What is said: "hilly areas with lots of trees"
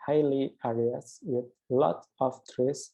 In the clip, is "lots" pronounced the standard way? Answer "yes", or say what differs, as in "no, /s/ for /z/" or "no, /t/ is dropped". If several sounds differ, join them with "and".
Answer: no, /s/ is dropped